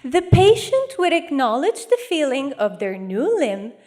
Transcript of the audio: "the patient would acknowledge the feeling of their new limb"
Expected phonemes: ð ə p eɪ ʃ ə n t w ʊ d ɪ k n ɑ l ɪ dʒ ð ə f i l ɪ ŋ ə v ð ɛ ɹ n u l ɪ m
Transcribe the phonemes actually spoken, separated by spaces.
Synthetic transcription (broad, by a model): ð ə p eɪ ʃ ə n t w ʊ d ɪ k n ɑ l ɪ dʒ ð ə f i l ɪ ŋ ə v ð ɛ ɹ n u l ɪ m